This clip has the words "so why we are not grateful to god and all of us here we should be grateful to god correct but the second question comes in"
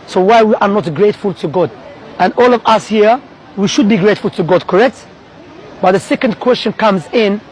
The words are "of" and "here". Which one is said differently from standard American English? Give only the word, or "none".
none